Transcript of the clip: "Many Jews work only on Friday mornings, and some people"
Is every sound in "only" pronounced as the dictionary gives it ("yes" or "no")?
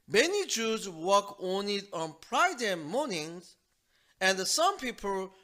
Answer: no